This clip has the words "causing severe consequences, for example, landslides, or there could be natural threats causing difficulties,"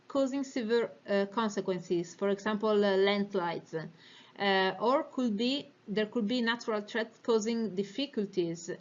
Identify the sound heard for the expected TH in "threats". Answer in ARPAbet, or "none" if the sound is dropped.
T